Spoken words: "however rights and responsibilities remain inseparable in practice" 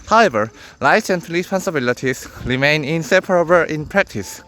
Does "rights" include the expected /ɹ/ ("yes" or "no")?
no